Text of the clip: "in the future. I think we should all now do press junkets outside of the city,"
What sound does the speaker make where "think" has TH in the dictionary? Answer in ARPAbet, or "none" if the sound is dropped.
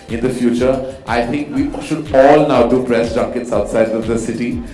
T